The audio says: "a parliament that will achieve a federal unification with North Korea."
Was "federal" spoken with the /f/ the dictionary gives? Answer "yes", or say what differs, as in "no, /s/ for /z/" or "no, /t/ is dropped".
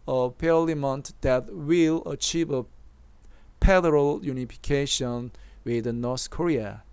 no, /p/ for /f/